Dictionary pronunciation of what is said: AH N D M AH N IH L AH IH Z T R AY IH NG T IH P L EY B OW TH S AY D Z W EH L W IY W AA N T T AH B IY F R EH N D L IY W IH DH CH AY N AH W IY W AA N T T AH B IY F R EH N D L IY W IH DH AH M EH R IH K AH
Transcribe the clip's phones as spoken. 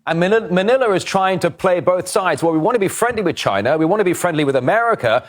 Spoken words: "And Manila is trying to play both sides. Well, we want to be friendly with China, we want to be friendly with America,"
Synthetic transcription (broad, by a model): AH N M M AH N IH L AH IH Z T R AY IH NG T IH P L EY B OW TH S AY D Z W EH L W IY W AA N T T AH B IY F R EH N D L IY W IH DH CH AY N AH W IY W AA N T T AH B IY F R EH N D L IY W IH DH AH M EH R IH K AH